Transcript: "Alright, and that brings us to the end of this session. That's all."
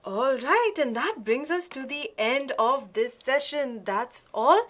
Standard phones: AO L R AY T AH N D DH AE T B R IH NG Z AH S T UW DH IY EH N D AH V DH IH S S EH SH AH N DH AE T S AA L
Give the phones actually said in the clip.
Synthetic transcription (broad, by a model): AO L R AY T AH N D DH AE T B R IH NG Z AH S T UW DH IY EH N D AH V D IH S S EH SH AH N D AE T S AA L